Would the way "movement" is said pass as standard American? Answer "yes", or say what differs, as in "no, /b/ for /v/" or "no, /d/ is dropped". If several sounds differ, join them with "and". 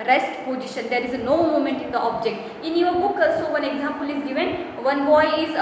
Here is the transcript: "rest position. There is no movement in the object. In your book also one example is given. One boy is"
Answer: no, /v/ is dropped